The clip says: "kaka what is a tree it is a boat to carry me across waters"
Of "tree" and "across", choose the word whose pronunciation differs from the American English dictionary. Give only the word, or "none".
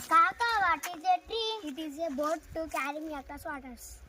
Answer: across